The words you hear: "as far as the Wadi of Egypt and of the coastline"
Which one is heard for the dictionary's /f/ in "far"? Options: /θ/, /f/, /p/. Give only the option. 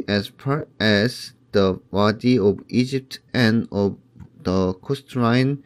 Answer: /p/